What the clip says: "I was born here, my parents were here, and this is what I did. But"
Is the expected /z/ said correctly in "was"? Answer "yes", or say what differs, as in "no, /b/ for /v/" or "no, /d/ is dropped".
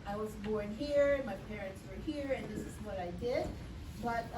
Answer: yes